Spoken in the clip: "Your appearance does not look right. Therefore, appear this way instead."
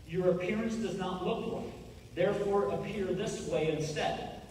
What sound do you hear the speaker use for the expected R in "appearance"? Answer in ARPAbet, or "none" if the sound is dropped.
R